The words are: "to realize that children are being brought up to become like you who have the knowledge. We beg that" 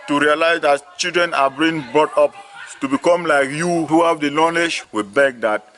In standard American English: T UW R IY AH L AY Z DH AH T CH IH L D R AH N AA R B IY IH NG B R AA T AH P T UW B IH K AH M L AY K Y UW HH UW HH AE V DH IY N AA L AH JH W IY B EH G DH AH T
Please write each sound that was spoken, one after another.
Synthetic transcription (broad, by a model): T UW R IY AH L AY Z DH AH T CH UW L D R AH N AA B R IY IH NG B R AA T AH P T UW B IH K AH M L AY K Y UW HH UW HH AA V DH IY L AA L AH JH W IY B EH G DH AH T